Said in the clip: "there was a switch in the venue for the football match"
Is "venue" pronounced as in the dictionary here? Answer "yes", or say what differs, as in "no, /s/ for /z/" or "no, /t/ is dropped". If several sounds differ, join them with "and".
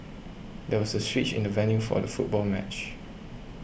yes